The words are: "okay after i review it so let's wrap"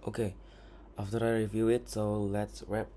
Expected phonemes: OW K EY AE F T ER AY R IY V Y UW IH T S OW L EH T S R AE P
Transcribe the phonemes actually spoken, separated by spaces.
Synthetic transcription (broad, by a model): OW K EY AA F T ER AY R IY V Y UW IH T S OW L EH T S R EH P